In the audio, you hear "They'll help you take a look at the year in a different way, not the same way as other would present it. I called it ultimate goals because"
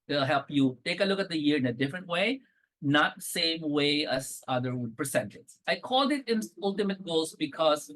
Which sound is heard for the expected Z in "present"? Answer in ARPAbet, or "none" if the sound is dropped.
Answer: S